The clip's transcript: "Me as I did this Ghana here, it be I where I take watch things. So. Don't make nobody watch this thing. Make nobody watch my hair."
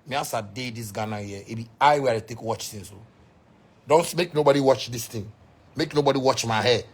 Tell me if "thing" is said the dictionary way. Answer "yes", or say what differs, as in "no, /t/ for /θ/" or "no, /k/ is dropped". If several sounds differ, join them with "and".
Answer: no, /t/ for /θ/